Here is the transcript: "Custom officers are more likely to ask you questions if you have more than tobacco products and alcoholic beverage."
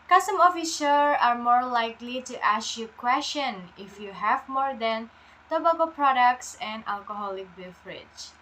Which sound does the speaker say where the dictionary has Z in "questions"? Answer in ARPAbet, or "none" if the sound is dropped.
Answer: none